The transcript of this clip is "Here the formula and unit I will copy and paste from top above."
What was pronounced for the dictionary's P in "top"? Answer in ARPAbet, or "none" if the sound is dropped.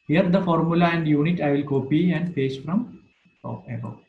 none